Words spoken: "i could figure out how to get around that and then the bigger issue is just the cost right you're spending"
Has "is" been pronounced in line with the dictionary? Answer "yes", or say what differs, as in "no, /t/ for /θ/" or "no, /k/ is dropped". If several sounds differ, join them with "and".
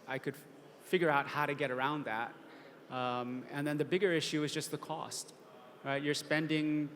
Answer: yes